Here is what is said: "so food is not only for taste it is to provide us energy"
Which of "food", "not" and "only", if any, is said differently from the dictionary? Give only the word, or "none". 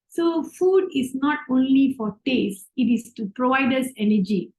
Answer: none